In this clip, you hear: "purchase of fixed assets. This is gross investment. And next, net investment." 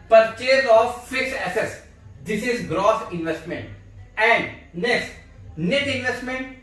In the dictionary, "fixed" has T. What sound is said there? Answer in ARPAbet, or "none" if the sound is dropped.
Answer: none